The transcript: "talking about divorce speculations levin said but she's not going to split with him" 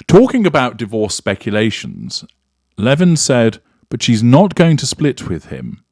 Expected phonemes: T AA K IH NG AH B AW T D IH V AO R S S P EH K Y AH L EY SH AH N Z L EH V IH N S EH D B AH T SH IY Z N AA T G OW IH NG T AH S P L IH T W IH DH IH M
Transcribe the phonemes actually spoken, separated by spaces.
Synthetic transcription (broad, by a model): T AA K IH NG AH B AW T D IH V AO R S S P EH K Y AH L EY SH AH N Z L EH V IH N S EH D B AH T SH IY Z N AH T G OW IH NG T AH S P L IH T W IH DH IH M